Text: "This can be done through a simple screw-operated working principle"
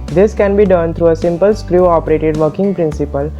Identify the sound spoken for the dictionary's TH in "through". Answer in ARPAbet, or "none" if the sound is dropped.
T